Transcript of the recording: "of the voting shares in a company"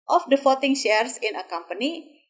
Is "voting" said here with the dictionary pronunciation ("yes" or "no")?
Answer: no